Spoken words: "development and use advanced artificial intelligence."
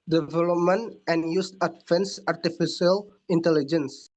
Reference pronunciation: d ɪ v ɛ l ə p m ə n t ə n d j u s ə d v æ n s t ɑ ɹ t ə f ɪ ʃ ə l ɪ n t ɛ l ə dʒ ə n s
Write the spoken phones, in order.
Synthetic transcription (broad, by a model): d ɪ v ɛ l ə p m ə n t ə n j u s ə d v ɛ n s ɑ ɹ t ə f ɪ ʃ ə l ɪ n t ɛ l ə dʒ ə n s